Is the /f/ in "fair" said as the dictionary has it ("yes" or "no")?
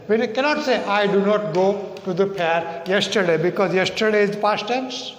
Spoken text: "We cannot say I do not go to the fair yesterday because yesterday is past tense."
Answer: no